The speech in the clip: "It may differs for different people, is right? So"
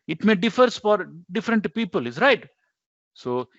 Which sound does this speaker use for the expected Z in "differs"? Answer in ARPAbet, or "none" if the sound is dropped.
S